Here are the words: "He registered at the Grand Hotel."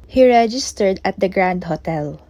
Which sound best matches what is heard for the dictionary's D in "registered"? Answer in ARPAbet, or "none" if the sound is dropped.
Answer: D